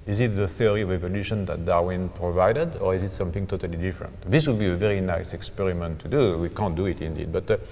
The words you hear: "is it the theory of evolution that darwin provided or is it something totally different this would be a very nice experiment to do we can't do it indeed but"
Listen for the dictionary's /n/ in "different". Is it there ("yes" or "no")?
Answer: yes